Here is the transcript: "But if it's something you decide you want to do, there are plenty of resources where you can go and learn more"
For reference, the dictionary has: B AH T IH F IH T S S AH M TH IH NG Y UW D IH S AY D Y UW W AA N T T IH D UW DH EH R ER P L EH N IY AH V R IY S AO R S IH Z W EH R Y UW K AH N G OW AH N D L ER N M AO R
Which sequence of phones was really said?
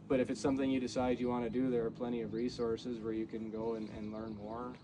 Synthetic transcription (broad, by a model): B AH T IH F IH T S S AH M TH IH NG Y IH D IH S AY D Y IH W AA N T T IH D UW DH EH R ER P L EH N IY AH V R IY S AO R S IH Z W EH R Y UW K AH N G OW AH N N L ER N M AO R